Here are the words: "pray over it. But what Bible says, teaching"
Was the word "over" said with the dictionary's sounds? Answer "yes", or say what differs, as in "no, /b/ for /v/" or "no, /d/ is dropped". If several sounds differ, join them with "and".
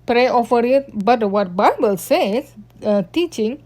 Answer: no, /f/ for /v/